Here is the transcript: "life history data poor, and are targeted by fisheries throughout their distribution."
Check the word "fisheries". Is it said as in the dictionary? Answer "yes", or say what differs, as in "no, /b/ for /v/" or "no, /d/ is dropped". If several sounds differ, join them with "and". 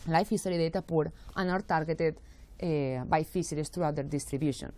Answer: no, /s/ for /ʃ/